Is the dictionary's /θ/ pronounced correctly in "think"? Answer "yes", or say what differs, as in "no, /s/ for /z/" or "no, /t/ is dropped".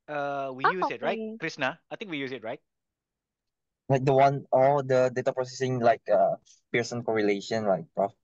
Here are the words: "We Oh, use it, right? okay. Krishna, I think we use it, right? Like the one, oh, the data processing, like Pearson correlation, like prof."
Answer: no, /t/ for /θ/